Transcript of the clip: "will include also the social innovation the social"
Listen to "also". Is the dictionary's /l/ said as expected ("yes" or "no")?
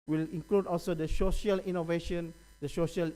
yes